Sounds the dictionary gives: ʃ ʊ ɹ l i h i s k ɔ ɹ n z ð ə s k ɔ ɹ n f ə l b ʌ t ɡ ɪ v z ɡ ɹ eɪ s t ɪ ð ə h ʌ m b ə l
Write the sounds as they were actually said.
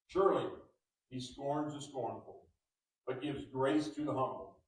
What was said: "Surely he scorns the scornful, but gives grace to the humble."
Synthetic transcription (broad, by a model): ʃ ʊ ɹ l i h i s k ɔ ɹ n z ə s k ɔ ɹ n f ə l b ʌ t ɡ ɪ v z ɡ ɹ eɪ s t ɪ ð ə h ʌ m b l